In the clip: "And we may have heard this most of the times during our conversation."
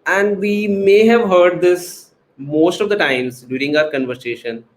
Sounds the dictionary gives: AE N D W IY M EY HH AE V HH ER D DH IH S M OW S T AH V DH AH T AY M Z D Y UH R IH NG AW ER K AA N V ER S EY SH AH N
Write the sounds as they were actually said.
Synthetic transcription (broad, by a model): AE N D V IY M EY HH AE V HH ER D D IH S M OW S T AH V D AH T AY M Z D Y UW R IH NG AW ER K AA N V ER S EY SH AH N